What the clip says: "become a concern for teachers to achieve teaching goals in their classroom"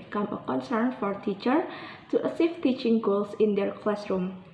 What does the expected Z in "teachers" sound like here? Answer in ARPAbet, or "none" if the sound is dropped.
none